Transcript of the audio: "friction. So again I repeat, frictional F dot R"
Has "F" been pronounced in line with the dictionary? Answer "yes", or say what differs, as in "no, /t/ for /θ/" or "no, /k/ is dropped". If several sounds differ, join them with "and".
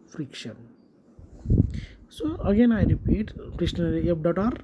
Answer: no, /p/ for /f/